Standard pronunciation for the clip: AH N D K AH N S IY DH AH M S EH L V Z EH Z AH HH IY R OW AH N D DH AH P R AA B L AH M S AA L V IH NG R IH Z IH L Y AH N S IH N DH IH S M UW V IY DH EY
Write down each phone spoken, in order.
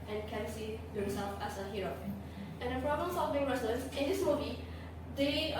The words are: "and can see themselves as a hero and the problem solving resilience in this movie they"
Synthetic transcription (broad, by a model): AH N K AH N S IY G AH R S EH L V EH S AH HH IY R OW AH N D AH P R AA B L AH M S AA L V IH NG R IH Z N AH S IH N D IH S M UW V IY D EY